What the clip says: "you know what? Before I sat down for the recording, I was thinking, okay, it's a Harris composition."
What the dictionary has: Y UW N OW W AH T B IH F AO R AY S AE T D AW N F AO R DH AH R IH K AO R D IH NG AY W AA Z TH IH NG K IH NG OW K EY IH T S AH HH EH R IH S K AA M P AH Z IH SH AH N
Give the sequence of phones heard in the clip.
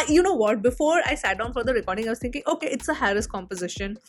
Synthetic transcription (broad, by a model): Y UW N OW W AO T B IH F AO R AY S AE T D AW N F AO R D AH R IH K AO R D IH NG AY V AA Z T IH NG K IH NG OW K EY IH T S AH HH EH R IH S K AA M P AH Z IH SH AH N